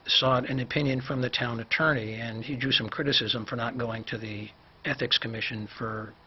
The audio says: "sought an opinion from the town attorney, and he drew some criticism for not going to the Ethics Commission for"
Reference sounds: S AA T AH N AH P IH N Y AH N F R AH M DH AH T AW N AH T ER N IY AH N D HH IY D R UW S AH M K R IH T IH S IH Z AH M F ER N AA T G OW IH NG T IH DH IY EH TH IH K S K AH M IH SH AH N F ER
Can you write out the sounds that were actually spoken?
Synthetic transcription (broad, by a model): S AA T AH N AH P IH N Y AH N F R AH M DH AH T AW N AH T ER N IY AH N IY D R UW S AH M K R IH T IH S IH Z AH M F ER N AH T G OW IH NG T IH DH IY EH TH IH K S K AH M IH SH AH N F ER